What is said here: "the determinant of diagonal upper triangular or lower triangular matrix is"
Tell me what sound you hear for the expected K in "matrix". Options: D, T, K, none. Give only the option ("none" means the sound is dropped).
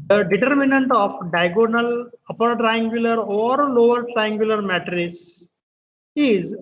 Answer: none